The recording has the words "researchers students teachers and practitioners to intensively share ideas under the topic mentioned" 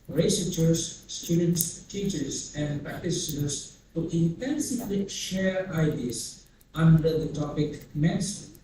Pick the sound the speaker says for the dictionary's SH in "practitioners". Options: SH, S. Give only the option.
S